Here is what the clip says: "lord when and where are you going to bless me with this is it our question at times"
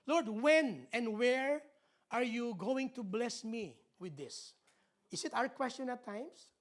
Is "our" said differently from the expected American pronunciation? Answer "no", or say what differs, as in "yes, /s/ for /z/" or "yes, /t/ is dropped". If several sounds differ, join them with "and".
no